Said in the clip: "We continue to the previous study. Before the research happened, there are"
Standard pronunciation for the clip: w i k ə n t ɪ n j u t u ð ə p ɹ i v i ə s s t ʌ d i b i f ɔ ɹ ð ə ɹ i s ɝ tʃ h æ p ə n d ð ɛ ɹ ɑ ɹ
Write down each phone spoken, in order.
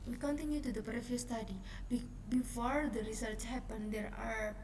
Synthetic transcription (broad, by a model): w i k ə n t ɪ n j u t u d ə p ɹ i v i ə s s t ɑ d i b i f ɔ ɹ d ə ɹ i s ɝ tʃ h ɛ p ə n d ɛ ɹ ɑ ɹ